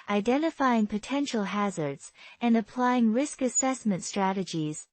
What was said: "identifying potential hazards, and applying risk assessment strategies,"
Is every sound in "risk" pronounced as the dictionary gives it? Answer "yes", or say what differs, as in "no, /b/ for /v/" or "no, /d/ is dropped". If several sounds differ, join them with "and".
yes